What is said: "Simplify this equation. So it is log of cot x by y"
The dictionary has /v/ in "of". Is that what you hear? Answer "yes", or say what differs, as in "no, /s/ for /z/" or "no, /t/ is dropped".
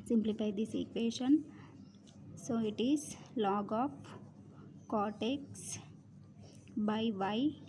no, /p/ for /v/